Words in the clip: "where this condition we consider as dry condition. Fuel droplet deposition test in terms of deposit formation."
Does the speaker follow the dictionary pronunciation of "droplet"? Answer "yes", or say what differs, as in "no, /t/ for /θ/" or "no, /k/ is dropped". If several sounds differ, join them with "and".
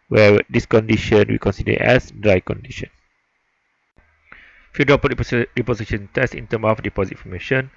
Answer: no, /l/ is dropped